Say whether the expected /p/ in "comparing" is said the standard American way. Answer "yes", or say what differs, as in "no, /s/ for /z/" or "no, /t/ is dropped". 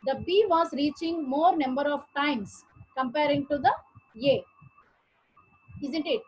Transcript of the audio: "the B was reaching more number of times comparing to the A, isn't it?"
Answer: yes